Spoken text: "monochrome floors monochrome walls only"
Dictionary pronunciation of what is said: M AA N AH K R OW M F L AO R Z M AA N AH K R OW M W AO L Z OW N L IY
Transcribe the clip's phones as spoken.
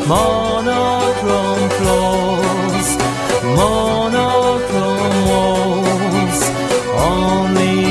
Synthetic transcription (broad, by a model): M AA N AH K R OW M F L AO L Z M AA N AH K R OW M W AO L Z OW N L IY